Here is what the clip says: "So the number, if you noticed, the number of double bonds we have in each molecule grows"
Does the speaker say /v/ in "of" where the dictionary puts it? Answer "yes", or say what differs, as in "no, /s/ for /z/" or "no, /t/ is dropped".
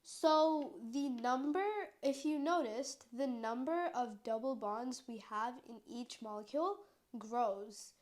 yes